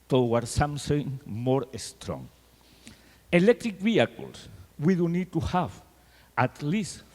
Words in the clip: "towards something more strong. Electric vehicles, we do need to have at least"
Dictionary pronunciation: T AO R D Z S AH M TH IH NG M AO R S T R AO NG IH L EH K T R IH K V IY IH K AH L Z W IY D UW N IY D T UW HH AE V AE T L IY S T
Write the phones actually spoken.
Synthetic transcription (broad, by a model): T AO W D S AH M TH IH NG M AO R S T R AO NG IH L EH K T R IH K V IY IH K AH L S W IY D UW N IY D T UW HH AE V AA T L IY S T